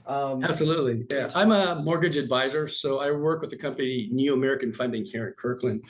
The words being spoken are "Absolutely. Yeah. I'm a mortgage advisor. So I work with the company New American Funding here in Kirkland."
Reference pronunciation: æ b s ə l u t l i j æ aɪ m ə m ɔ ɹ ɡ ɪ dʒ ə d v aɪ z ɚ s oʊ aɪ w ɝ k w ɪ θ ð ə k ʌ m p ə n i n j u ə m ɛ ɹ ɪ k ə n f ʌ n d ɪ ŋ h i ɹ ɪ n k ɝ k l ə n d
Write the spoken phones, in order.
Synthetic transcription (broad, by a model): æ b s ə l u t l i j æ aɪ m ə m ɔ ɹ ɡ ɪ dʒ ə d v aɪ z ɚ s oʊ aɪ w ɝ k w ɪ ð ə k ʌ m p ə n i n j u ə m ɛ ɹ ɪ k ə n f ʌ n d ɪ ŋ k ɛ ɹ ɪ n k ɝ k l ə n